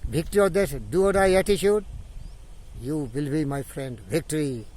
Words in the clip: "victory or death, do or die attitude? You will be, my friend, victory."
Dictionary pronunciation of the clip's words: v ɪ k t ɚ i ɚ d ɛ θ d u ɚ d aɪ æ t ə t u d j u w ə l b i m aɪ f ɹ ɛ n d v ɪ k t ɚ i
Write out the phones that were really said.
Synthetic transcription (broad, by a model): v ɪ k t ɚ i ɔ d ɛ s d u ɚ d aɪ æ t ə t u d j u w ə l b i m aɪ f ɹ ɛ n d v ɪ k t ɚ i